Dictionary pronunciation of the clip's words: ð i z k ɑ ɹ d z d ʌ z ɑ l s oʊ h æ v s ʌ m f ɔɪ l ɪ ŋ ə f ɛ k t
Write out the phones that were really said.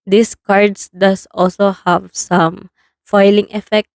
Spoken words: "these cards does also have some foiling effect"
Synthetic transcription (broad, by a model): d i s k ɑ ɹ d s d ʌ s ɑ l s oʊ h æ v s ʌ m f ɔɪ l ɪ ŋ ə f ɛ k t